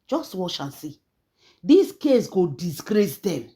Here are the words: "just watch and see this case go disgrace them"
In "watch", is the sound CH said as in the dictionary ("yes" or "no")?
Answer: no